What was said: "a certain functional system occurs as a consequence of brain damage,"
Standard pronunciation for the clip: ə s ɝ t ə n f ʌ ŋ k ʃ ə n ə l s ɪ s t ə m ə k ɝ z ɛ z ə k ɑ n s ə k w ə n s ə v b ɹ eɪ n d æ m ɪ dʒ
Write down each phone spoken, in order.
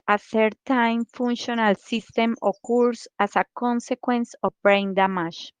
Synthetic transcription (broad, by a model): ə θ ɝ t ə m f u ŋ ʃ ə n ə l s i s t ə m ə k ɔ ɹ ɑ s ə k ɑ n s ə k w ə n s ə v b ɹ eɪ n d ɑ m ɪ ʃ